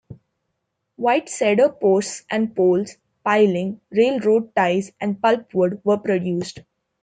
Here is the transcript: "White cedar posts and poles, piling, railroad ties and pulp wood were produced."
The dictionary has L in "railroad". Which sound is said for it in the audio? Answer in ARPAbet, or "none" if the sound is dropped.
L